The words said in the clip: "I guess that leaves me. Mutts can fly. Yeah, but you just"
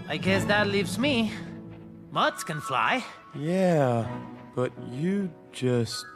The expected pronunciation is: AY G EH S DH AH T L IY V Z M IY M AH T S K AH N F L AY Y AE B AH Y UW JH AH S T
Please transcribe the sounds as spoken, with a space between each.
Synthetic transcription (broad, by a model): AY G EH S DH AH T L IY V Z M IY M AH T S K AH N F L AY Y AE B AH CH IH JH AH S T